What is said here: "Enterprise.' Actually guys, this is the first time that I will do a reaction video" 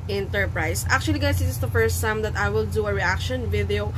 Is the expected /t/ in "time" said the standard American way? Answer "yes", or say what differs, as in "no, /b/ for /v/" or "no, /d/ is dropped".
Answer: no, /s/ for /t/